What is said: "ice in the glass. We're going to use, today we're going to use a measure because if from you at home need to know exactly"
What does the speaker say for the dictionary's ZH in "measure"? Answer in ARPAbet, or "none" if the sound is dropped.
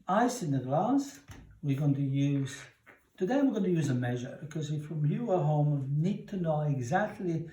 ZH